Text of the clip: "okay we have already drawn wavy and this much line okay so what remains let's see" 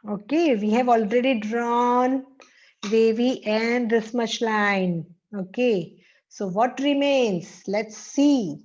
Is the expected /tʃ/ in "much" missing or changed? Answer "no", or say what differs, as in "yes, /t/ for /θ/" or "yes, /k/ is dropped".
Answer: yes, /ʃ/ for /tʃ/